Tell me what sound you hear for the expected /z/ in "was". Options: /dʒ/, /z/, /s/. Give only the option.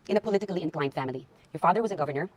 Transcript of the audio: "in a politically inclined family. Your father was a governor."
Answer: /z/